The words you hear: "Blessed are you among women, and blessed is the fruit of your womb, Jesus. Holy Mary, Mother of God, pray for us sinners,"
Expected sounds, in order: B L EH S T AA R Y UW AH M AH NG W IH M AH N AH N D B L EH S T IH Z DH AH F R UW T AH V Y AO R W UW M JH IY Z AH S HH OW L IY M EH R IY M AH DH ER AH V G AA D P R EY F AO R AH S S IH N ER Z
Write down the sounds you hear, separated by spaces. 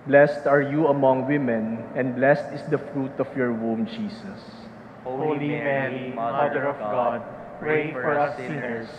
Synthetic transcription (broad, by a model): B L EH S T AA R Y UW AH M AH NG W IH M AH N AH N D B L EH S T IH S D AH F R UW T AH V Y AO R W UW M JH IY S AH S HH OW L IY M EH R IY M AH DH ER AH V G AA D P R EY F AO R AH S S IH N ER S